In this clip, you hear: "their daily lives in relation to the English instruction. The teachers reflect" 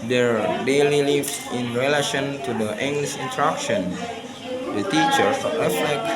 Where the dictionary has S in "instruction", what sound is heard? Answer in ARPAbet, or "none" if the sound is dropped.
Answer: none